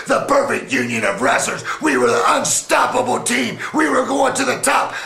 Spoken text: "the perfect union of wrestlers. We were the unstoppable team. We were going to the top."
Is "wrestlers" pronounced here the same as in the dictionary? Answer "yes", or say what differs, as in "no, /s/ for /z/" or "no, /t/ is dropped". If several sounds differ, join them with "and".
no, /l/ is dropped